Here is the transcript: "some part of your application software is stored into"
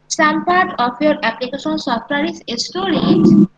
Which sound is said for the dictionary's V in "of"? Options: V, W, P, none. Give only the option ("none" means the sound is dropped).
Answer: P